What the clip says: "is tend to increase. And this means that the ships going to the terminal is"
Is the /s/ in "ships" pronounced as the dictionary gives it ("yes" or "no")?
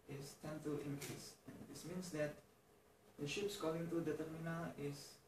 yes